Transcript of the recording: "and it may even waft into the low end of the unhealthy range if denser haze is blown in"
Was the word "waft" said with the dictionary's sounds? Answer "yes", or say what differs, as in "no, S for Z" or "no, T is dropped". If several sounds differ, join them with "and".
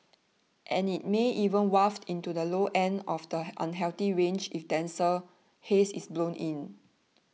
yes